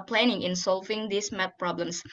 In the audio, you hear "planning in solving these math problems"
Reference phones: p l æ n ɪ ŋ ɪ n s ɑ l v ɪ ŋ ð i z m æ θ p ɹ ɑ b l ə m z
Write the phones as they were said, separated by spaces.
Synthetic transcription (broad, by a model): p l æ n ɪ ŋ ɪ n s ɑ l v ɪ ŋ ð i s m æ t p ɹ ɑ b l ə m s